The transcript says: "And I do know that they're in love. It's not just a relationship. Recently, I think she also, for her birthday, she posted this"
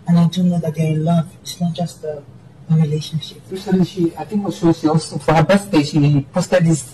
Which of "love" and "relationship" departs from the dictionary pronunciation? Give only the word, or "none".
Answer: none